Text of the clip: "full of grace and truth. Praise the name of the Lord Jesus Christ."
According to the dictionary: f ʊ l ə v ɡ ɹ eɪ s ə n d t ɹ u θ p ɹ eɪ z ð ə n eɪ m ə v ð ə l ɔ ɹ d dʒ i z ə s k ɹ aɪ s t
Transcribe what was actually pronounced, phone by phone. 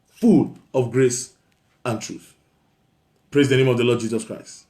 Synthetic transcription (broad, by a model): f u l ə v ɡ ɹ eɪ s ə n t ɹ u θ p ɹ eɪ z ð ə n eɪ m ə v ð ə l ɔ d dʒ i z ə s k ɹ aɪ s t